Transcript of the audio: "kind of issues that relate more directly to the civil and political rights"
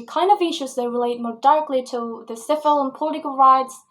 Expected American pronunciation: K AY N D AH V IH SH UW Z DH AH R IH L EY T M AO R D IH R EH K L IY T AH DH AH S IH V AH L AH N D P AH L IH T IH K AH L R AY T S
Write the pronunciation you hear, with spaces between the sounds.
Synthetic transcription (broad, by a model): K AY N D AH V IH SH UW Z DH AH R IH L EY T M AO R D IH R K L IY T AH DH AH S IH F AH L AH N P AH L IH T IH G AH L R AY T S